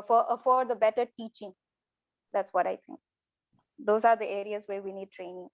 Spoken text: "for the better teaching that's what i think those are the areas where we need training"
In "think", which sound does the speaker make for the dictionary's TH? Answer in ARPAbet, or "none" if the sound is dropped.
T